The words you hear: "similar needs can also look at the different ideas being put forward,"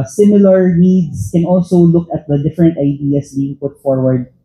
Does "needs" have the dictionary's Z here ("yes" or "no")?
no